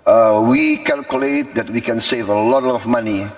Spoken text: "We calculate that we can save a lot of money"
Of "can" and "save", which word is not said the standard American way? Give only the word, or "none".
none